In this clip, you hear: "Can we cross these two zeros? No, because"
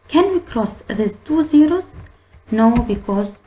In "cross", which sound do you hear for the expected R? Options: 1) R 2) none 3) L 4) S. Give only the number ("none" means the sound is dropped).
1